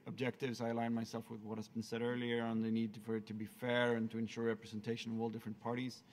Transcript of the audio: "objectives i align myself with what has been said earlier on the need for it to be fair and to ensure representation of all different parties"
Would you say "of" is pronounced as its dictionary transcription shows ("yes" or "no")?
yes